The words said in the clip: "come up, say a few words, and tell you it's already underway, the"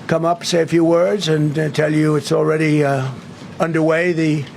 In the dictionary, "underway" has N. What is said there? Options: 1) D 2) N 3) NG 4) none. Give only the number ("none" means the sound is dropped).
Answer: 2